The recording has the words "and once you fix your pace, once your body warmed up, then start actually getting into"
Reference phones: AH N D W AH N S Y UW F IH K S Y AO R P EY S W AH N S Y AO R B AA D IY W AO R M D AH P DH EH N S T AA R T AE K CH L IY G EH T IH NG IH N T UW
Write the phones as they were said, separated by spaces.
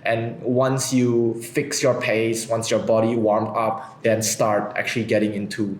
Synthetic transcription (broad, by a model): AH N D W AH N S Y UW F IH K S Y AO R P EY S W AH N S Y AO R B AA D IY W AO R M AH P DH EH N S T AA R T AE K CH L IY G EH T IH NG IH N T UW